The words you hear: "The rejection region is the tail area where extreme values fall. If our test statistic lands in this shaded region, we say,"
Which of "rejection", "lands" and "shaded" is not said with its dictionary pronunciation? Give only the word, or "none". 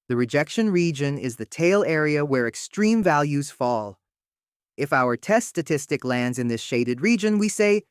none